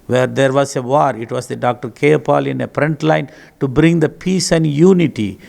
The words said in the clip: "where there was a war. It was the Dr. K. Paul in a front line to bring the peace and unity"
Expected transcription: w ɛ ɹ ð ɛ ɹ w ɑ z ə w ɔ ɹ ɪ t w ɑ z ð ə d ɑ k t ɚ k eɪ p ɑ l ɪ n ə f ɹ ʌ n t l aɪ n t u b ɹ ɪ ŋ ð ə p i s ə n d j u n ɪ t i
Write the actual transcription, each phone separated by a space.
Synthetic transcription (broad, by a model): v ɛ ɹ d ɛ ɹ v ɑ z ə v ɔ ɹ ɪ t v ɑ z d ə d ɑ k t ɚ k eɪ p ɑ l ɪ n ə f ɹ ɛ n t l aɪ n t u b ɹ ɪ ŋ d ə p i s ə n d j u n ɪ t i